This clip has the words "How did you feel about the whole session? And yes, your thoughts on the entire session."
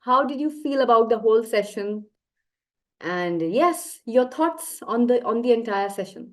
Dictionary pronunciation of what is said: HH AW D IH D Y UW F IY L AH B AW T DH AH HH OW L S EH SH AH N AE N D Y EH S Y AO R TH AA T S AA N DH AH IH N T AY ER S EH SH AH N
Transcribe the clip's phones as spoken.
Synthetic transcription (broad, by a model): HH AW D IH D Y UW F IY L AH B AW T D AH HH OW L S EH SH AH N AE N D Y EH S Y AO R T AA T S AA N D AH IH N T AY ER S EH SH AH N